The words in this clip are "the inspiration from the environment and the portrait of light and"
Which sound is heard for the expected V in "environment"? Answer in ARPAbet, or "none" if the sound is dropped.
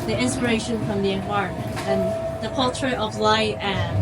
none